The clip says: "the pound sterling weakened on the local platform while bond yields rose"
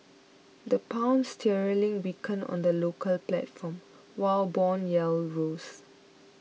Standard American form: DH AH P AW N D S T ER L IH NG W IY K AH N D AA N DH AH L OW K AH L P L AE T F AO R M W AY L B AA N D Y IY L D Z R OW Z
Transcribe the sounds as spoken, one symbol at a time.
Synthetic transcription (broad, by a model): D AH P AW N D S T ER L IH NG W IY K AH N AA N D AH L OW K AH L P L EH T F AO M W AY L B AA N Y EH L R OW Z